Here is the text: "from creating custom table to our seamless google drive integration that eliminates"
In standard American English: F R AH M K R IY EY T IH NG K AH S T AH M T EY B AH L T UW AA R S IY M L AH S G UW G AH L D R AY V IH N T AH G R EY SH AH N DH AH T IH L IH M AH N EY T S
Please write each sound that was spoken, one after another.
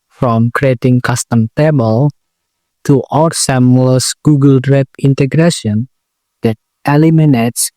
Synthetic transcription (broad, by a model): F R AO M K R IY EY T IH NG K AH S T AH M T EY B AH L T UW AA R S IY M L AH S G UW G AH L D R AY P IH N T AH G R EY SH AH N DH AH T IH L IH M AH N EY T S